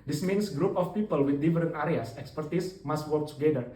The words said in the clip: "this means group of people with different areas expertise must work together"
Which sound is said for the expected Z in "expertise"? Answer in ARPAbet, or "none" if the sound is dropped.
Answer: S